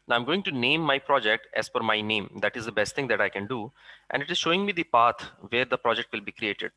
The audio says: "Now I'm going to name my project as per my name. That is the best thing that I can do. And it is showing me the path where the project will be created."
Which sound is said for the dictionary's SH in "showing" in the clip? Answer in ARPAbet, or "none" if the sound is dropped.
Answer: SH